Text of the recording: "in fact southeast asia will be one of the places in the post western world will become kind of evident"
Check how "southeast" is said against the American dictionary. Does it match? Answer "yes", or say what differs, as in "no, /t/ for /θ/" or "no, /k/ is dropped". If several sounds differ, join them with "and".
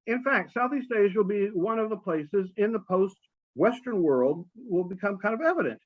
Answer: yes